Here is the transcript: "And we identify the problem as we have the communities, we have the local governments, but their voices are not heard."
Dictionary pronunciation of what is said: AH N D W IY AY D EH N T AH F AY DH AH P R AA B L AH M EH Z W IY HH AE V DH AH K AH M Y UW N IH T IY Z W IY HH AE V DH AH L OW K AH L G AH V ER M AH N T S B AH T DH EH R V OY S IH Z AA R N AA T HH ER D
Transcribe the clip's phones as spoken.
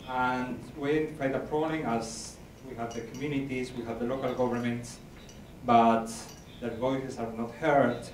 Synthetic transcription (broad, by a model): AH N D W IY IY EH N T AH P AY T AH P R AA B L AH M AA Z W IY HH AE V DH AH K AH M Y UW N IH T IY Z W IY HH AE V DH AH L OW K AH L G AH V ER M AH N T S B AH T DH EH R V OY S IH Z AA R N AA T HH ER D